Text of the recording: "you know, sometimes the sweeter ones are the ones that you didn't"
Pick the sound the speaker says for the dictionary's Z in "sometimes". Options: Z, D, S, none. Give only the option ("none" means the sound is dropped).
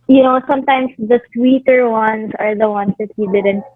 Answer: S